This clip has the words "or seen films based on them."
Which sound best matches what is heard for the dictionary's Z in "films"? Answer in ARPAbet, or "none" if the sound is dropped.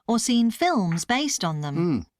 Z